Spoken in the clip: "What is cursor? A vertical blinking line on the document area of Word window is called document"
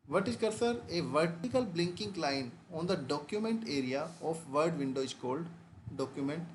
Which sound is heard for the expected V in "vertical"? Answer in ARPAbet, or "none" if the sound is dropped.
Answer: V